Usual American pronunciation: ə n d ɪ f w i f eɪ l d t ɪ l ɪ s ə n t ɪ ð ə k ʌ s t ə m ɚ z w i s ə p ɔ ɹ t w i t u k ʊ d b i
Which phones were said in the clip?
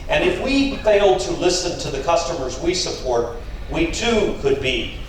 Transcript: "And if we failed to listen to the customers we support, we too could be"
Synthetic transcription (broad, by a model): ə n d ɪ f w i f eɪ l d t ɪ l ɪ s ə n t ɪ ð ə k ʌ s t ə m ɚ z w i s ə p ɔ ɹ t w i t u k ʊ d b i